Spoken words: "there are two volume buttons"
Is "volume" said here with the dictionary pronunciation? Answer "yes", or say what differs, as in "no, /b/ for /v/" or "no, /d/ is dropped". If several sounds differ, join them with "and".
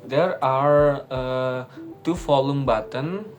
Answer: no, /f/ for /v/